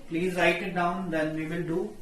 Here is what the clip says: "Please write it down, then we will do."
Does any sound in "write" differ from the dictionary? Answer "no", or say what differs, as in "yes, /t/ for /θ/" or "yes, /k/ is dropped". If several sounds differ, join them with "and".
no